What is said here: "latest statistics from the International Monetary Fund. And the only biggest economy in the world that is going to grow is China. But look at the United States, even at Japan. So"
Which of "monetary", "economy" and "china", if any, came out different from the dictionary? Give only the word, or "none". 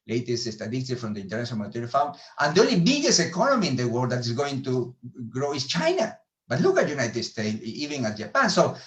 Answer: monetary